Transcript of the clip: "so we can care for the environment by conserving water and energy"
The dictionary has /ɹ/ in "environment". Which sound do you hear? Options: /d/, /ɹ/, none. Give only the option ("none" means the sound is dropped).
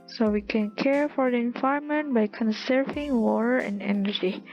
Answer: none